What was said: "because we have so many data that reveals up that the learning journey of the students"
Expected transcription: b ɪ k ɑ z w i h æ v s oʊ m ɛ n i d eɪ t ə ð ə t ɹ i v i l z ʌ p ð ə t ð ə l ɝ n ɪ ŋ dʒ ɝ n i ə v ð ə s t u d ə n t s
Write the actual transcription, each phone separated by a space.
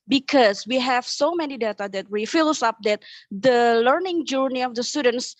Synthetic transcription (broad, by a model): b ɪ k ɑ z w i h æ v s oʊ m ɛ n i d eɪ t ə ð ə t w i f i l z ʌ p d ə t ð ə l ɝ n ɪ ŋ dʒ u n i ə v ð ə s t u d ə n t s